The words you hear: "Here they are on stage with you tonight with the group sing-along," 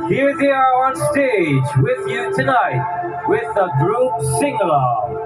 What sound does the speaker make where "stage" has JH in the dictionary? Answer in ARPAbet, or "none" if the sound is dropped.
JH